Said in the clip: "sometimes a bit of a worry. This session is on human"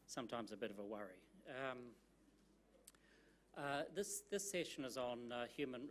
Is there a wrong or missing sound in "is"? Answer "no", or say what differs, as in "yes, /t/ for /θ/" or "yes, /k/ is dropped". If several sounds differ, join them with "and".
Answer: no